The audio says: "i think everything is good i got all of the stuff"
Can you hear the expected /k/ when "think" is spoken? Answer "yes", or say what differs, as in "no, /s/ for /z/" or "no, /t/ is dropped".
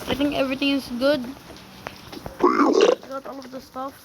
no, /k/ is dropped